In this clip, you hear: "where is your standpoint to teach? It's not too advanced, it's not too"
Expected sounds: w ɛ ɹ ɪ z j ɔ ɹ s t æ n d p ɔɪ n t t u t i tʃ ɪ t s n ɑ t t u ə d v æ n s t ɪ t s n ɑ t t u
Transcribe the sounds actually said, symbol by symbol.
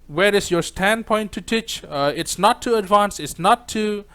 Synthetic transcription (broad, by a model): w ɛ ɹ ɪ s j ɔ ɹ s t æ n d p ɔɪ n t t u t i tʃ ɪ t s n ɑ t t u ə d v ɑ n s ɪ t s n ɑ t t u